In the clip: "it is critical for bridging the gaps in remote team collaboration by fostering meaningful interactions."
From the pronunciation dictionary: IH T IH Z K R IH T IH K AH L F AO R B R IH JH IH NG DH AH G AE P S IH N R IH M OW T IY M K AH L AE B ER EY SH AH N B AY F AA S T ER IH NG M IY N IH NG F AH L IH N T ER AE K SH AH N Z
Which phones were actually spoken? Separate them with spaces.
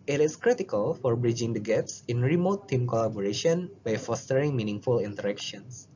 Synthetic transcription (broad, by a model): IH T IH S K R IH T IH K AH L F AO R B R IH JH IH NG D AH G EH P S IH N R IH M OW T IY M K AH L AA B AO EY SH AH N B AY F AA S T ER IH NG M IY N IH NG F AH L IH N T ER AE K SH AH N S